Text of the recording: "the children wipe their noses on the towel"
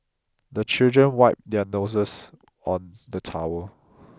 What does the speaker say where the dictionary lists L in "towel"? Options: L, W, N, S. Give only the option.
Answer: W